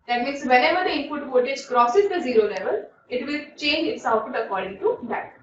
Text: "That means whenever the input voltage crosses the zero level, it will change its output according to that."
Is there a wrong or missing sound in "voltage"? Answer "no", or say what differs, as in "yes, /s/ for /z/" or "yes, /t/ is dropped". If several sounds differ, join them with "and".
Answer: yes, /l/ is dropped